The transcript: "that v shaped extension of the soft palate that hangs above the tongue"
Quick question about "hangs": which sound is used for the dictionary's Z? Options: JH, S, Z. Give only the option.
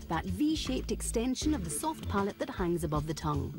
Z